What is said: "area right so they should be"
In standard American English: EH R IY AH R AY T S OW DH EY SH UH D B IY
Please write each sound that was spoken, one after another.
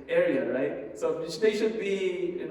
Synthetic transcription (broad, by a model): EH R IY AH R AY T S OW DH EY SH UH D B IY